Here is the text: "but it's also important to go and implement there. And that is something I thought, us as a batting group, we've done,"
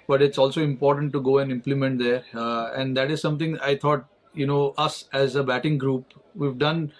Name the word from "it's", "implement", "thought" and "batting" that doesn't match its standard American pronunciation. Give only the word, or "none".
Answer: thought